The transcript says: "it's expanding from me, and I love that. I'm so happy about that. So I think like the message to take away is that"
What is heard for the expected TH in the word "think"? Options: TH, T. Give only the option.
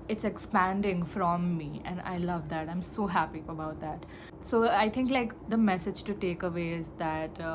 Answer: T